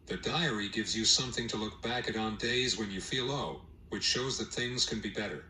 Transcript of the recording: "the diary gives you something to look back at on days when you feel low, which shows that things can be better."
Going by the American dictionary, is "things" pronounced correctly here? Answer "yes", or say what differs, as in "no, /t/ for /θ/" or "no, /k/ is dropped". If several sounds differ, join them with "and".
yes